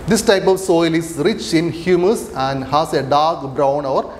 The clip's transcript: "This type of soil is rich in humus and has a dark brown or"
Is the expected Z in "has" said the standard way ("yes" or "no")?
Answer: no